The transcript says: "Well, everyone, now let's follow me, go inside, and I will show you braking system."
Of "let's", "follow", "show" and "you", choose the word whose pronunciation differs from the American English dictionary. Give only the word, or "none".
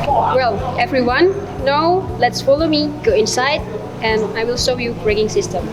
show